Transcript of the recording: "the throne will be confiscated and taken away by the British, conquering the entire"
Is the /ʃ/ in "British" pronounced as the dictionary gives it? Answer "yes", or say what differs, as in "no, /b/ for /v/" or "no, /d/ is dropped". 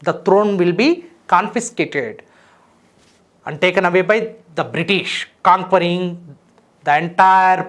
yes